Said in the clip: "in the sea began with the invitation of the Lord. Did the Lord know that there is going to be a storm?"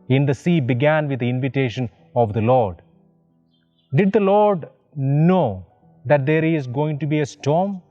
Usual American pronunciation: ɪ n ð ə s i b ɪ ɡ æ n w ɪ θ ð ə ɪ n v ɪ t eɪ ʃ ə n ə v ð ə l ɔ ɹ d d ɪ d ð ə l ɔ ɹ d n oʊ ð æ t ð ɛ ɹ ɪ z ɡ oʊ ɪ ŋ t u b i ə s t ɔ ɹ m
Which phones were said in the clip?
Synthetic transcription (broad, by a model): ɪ n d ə s i b ɪ ɡ æ n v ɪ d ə ɪ n v ɪ t eɪ ʃ ə n ə v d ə l ɔ ɹ d d ɪ d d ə l ɔ ɹ d n oʊ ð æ t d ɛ ɹ ɪ z ɡ oʊ ɪ ŋ t u b i ə s t ɔ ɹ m